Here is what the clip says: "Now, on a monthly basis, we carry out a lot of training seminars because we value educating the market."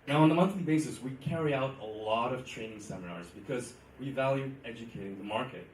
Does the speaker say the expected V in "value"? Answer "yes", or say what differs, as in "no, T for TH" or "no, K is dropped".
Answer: yes